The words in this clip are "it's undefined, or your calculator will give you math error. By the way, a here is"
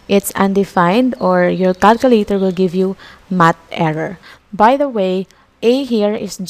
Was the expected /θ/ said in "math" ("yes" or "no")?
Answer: no